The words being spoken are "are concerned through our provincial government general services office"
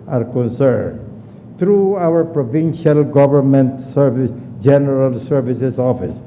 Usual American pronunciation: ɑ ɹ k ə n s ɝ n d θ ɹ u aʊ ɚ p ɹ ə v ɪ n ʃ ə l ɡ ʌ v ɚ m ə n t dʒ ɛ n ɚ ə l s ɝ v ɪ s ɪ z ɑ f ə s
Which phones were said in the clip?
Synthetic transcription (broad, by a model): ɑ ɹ k ə n s ɝ n d t ɹ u aʊ ɚ p ɹ ə v ɪ n ʃ ə l ɡ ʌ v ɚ m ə n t dʒ ɛ n ɚ ə l s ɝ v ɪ s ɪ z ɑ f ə s